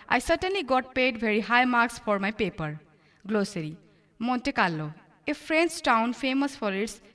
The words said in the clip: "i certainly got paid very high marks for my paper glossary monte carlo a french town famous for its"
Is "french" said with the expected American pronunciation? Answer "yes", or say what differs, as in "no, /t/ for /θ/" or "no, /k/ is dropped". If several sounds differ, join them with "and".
no, /s/ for /tʃ/